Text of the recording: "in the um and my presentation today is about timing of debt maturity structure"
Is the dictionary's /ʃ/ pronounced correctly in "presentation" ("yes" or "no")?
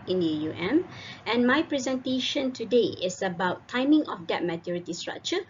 yes